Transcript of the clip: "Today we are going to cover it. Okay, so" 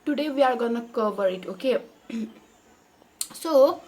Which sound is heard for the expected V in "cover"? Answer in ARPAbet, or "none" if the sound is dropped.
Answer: B